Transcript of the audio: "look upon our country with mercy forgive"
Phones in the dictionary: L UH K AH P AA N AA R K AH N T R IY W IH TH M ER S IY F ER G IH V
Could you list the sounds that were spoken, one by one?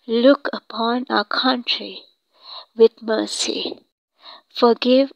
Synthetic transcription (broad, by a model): L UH K AH P AA N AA K AH N T R IY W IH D M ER S IY F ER G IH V